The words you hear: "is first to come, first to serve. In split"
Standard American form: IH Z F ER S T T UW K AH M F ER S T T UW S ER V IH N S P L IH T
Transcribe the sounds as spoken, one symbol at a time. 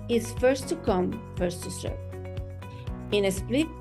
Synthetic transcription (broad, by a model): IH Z F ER S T T UW K AH M F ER S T T UW S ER P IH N S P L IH